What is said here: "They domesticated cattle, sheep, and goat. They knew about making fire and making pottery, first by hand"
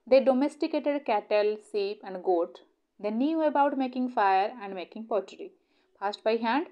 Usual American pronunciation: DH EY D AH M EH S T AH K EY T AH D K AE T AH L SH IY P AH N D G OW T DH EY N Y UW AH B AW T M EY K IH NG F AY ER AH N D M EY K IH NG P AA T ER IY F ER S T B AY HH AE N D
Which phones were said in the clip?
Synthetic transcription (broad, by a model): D EY D AH M EH S T AH K EY T AH D K AE T AH L S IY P AH N D G OW T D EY N Y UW AH B AW T M EY K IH NG F AY ER AH N D M EY K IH NG P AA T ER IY P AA S T B AY HH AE N D